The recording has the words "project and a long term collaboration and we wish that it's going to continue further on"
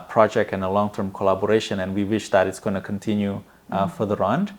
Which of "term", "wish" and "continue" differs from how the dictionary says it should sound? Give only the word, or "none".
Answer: none